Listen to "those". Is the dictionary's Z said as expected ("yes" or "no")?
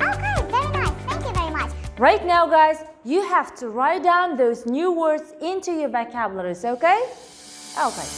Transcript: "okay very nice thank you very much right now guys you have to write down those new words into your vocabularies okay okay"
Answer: yes